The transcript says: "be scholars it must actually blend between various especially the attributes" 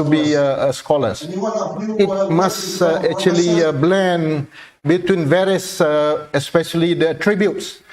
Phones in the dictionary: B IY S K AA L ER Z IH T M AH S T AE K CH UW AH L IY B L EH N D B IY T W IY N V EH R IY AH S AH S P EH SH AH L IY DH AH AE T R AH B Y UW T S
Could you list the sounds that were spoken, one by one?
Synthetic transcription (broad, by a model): B IY S K AA L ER S IH T M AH S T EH K CH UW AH L IY B L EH N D B IY T W IY N V EH R IY AH S AH S P EH SH AH L IY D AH T R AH B Y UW T S